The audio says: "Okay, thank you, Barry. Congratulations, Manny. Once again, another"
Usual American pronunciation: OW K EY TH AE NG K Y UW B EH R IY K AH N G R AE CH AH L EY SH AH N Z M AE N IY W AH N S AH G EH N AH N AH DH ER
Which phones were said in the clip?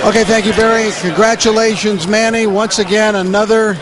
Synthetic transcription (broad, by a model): OW K EY TH AE NG K Y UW B EH R IY K AH N G R AE CH AH L EY SH AH N Z M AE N IY W AH N S AH G EH N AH N AH DH ER